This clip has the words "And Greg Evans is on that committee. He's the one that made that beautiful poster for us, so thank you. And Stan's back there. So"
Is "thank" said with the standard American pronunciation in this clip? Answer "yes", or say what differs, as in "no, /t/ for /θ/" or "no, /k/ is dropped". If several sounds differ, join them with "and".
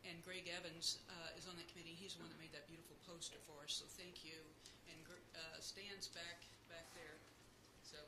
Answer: yes